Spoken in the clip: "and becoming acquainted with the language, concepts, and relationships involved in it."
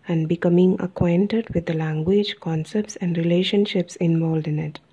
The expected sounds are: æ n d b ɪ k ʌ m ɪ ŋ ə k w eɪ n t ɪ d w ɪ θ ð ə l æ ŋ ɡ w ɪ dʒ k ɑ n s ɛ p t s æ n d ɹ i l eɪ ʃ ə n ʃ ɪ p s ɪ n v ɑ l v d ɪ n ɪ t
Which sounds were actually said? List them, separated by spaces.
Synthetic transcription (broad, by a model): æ n d b ɪ k ʌ m ɪ ŋ ə k w eɪ n t ɪ d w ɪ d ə l æ ŋ ɡ w ɪ dʒ k ɑ n s ɛ p t s æ n d ɹ i l eɪ ʃ ə n ʃ ɪ p s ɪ n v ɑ l d ɪ n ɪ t